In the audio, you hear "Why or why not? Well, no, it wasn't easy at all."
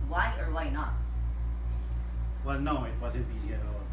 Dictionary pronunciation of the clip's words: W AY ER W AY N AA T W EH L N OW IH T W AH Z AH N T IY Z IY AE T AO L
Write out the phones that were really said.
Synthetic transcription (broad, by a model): W AY ER W AY N AA T W EH L N OW IH T W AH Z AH T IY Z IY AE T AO